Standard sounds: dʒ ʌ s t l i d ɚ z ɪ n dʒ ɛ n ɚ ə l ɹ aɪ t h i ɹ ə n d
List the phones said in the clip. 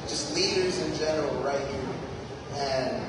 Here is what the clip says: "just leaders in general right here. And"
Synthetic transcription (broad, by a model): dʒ ʌ s t l i d ɚ z ɪ n dʒ ɛ n ɚ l ɹ aɪ t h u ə n